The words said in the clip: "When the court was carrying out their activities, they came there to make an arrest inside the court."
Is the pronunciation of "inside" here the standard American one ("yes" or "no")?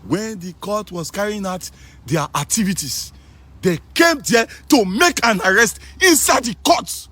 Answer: yes